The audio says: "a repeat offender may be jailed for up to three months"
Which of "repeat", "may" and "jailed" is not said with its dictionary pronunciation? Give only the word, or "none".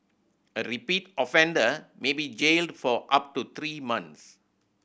none